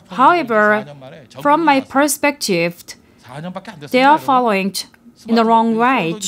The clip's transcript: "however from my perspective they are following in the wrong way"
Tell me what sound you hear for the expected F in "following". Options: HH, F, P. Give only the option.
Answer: F